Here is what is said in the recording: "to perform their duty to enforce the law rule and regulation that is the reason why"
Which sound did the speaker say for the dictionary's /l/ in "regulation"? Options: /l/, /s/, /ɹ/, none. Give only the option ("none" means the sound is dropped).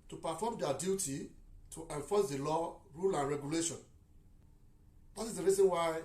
/l/